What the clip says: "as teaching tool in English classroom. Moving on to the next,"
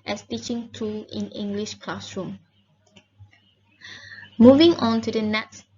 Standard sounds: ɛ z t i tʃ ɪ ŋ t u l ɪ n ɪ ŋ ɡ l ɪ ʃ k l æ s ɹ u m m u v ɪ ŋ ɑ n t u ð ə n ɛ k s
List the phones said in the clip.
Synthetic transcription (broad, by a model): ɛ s t i tʃ ɪ ŋ t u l ɪ n ɪ ŋ ɡ l ɪ ʃ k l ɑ s ɹ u m m u v ɪ ŋ ɑ n t u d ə n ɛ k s